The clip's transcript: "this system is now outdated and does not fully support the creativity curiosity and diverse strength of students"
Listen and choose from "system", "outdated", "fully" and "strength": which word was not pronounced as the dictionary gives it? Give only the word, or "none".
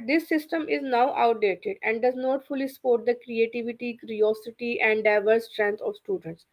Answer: strength